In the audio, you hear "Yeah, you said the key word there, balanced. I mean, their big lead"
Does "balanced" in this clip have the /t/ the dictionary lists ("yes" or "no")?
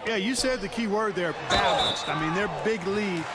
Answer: yes